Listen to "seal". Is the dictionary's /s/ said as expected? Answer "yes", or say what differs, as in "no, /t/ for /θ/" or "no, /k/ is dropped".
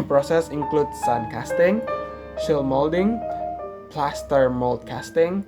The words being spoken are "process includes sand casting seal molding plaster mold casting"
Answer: no, /ʃ/ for /s/